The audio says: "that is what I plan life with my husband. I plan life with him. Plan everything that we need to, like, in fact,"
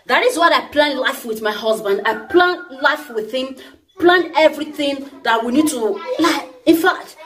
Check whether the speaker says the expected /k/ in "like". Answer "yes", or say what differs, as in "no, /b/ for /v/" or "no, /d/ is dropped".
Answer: no, /k/ is dropped